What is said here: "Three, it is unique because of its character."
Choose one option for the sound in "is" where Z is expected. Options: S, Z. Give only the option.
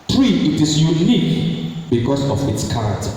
S